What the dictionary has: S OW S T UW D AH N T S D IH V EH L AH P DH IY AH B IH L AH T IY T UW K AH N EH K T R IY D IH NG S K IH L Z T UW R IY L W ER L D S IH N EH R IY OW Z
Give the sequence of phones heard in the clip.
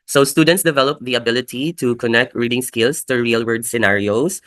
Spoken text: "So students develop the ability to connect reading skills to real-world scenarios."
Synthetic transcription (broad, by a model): S OW S T UW D AH N T S D IH V EH L AH P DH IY AH B IH L AH T IY T UW K AH N EH K T R IY D IH NG S K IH L S T UW R IY L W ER D S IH N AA R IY OW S